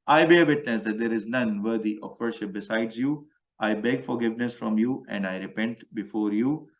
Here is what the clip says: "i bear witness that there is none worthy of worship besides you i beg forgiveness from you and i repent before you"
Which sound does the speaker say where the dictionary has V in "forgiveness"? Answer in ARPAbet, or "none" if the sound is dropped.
V